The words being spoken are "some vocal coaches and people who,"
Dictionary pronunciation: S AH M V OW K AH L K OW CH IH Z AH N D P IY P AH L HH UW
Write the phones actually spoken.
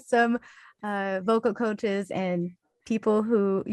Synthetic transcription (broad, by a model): S AH M V OW K L K OW CH IH Z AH N P IY P L HH UW